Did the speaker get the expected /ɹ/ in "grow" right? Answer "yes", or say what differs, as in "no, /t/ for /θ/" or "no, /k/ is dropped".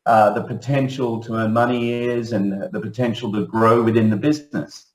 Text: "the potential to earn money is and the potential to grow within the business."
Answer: yes